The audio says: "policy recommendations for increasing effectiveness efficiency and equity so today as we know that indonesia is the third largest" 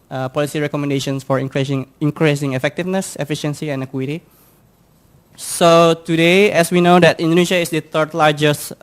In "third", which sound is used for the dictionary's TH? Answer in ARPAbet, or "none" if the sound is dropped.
T